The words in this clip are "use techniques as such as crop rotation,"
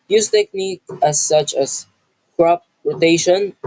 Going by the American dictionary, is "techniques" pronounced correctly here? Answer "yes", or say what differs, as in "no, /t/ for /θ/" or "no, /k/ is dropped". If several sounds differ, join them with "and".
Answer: no, /s/ is dropped